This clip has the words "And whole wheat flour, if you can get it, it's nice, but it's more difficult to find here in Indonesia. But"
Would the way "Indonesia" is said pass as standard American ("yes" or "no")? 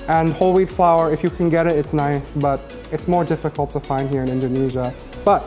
yes